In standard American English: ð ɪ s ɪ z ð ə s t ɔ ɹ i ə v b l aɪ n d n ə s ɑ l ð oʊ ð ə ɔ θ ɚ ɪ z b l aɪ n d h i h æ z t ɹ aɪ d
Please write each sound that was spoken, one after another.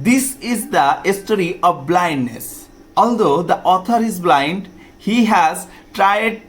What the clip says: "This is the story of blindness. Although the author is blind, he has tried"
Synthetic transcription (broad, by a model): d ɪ s ɪ z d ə s t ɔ ɹ i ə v b l aɪ n d n ə s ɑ l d oʊ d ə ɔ t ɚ ɪ z b l aɪ n d h i h æ z t ɹ aɪ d